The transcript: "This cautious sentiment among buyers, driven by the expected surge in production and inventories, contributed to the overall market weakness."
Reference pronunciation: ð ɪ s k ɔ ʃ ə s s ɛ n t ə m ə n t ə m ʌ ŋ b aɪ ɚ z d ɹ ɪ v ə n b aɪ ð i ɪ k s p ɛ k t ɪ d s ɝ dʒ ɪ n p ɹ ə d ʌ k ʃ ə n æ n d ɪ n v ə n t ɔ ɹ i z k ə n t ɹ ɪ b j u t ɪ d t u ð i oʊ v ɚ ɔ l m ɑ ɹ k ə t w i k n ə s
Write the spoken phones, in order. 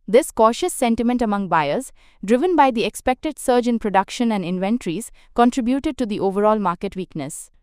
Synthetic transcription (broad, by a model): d ɪ s k ɔ ʃ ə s s ɛ n t ə m ə n t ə m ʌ ŋ b aɪ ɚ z d ɹ ɪ v ə n b aɪ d i ɪ k s p ɛ k t ɪ d s ɝ dʒ ɪ n p ɹ ə d ʌ k ʃ ə n æ n d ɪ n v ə n t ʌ ɹ i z k ə n t ɹ ɪ b j u t ɪ d t u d i oʊ v ɚ ɔ l m ɑ ɹ k ə t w i k n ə s